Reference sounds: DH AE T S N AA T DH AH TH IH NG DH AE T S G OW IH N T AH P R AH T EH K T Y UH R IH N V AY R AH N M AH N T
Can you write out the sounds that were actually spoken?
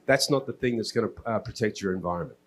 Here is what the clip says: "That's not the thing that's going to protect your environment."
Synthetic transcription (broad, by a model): DH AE T S N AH T DH AH TH IH NG DH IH T S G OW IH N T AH P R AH T EH K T Y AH R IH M V AY R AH N M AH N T